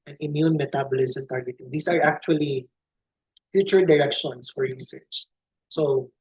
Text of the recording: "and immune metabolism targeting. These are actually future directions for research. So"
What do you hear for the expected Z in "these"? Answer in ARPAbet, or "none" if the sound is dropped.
S